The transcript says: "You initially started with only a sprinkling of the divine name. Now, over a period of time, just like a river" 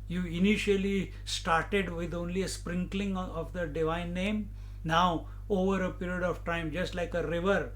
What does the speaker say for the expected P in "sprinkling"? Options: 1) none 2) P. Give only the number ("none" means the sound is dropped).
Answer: 2